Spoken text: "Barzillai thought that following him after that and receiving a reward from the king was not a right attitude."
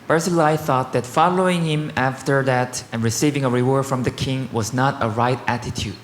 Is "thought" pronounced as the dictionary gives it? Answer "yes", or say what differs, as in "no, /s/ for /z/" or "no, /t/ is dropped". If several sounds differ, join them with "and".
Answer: yes